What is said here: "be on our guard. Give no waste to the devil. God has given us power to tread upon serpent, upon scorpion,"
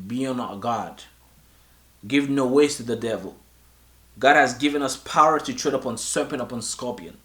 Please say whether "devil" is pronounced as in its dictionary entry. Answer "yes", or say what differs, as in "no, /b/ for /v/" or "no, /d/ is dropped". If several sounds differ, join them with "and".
yes